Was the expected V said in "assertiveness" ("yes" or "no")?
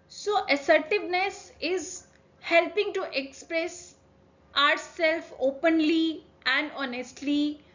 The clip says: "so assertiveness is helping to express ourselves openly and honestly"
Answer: yes